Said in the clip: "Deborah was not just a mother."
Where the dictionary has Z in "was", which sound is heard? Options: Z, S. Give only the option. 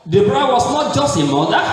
S